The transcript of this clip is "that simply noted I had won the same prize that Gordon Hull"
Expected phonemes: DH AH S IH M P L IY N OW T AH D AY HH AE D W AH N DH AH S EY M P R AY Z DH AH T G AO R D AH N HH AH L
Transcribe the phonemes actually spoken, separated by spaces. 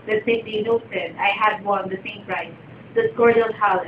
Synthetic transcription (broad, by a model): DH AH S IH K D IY N OW T AH D AY HH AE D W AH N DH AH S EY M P R AY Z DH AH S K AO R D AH L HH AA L